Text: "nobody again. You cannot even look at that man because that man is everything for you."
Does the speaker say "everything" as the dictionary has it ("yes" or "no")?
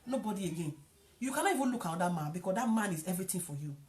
no